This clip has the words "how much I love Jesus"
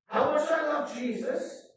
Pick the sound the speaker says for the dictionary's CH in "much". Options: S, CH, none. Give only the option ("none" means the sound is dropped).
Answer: S